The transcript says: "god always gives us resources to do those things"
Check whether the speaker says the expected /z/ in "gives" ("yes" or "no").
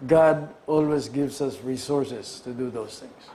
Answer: no